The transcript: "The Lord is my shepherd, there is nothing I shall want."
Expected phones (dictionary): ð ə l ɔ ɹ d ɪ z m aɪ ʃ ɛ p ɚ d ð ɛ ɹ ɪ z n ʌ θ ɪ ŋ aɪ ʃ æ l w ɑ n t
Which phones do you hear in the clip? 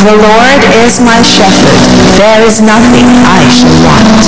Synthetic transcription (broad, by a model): ð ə l ɔ ɹ d ɪ z m aɪ ʃ ɛ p ɚ d ð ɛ ɹ ɪ z n ʌ θ ɪ ŋ aɪ ʃ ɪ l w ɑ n t